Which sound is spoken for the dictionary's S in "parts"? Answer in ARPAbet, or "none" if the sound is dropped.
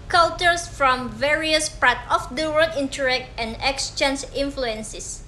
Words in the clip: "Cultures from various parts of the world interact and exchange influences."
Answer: none